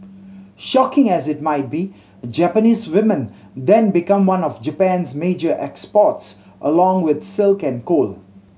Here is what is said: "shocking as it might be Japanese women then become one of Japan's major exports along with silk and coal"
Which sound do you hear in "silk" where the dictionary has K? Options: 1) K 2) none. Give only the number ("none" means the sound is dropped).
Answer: 1